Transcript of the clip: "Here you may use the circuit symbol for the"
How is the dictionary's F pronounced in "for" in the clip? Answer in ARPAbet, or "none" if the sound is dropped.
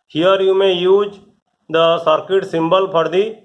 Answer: P